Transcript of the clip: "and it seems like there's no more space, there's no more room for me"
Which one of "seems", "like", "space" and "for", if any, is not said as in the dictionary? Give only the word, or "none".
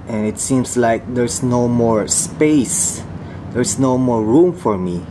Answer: seems